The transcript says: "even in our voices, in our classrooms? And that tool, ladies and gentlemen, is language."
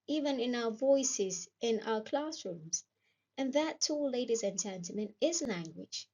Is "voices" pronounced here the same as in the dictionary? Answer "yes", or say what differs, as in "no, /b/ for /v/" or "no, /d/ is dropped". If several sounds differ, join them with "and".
yes